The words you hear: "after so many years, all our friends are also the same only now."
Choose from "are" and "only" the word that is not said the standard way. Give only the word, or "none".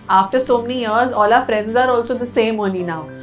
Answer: only